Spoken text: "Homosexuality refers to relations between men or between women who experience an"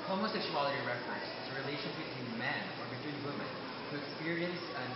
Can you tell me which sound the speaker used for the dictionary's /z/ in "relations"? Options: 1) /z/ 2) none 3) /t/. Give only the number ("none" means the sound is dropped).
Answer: 2